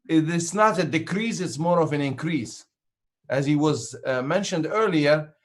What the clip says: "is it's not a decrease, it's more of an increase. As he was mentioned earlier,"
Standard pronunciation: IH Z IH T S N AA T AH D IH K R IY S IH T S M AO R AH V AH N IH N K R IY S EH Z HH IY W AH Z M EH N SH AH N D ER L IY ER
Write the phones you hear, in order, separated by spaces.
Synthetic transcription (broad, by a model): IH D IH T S N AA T AH D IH K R IY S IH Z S M AO R AH V AH N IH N K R IY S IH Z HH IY W AH Z M EH N SH AH N D ER L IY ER